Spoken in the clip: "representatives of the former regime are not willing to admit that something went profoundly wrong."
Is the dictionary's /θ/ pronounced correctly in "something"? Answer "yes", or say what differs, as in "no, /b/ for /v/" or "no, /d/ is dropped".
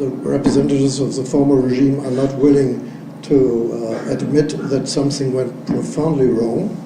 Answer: yes